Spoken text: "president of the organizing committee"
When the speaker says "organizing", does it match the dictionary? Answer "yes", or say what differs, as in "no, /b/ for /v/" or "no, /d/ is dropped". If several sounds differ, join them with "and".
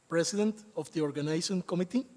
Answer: no, /s/ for /z/